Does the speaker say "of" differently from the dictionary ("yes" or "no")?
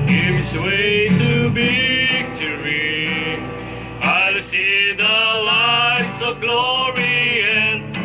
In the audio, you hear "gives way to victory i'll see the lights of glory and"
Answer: no